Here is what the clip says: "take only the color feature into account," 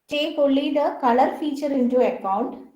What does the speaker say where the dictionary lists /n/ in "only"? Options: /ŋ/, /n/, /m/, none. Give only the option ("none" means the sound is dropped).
none